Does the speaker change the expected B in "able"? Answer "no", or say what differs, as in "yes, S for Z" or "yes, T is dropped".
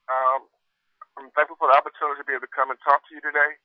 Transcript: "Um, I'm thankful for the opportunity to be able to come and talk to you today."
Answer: yes, B is dropped